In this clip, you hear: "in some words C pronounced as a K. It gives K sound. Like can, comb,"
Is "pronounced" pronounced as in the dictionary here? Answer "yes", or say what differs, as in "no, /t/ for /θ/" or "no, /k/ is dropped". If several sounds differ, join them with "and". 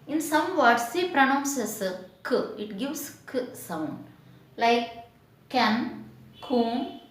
no, /t/ is dropped